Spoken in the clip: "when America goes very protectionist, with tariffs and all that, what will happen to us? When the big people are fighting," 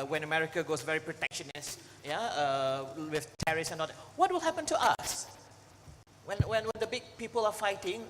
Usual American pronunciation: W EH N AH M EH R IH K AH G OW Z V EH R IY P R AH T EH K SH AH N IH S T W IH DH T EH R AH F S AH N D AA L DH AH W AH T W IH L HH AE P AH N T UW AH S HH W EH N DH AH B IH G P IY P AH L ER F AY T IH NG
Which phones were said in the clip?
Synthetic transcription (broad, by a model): W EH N AH M EH R IH K AH G OW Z V EH R IY P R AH T EH K SH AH N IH S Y W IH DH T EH R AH S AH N AA L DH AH W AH T W IH L HH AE P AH N T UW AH S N W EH N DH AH B IH G P IY P AH L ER F AY T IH NG